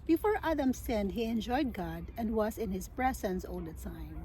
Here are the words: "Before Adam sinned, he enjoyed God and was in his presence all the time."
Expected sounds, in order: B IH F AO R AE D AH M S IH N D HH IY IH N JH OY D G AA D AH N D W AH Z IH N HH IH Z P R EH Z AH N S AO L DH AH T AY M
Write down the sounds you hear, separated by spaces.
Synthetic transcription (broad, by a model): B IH F AO R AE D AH M S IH N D HH IY IH N JH OY D G AA D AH N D W AH Z IH N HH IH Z B R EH S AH N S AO L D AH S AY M